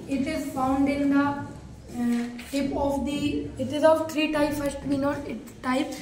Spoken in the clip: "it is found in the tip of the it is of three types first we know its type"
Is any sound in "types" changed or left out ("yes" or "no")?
yes